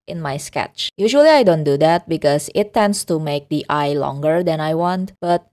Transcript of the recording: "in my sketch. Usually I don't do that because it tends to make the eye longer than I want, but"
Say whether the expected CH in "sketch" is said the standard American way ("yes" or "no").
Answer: yes